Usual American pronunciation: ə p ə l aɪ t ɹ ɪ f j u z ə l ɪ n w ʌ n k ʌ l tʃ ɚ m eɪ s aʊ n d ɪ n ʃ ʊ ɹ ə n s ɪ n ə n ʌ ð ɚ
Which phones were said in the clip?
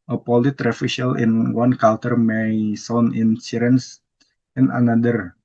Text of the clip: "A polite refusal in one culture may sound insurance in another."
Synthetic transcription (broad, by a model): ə p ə l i t ɹ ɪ f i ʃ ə l ɪ n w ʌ n k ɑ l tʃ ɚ m eɪ s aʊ n ɪ n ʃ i ɹ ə n s ɪ n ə n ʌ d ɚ